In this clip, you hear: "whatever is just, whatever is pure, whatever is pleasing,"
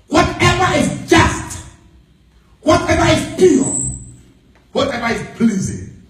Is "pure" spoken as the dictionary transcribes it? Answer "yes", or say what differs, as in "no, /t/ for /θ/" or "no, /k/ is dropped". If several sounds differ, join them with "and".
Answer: no, /l/ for /ɹ/